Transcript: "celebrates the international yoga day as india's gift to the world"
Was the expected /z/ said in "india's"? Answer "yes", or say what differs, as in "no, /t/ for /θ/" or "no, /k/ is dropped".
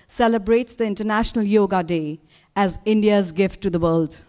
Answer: yes